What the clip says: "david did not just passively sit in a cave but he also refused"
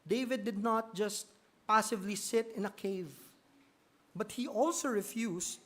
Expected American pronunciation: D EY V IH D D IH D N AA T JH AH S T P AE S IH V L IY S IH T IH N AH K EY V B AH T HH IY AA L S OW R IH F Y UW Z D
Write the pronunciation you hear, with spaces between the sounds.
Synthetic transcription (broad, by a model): D EY V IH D D IH D N AA T JH AH S T P AE S IH V L IY S IH T IH N AH K EY V B AH T HH IY AA L S OW R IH F Y UW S